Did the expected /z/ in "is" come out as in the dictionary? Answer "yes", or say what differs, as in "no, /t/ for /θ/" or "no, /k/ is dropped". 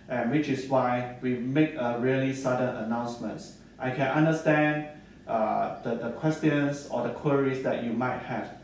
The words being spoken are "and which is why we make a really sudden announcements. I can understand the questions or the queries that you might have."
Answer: no, /s/ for /z/